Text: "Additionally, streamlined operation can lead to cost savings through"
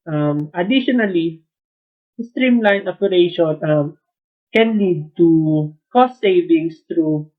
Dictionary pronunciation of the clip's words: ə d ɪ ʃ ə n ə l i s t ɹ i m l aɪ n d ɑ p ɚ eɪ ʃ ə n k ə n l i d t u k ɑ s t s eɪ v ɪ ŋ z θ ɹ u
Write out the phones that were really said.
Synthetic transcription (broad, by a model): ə d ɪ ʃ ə n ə l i s t ɹ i m l aɪ n ɑ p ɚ eɪ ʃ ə n k ə n l i d t u k ɑ s t s eɪ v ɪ ŋ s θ ɹ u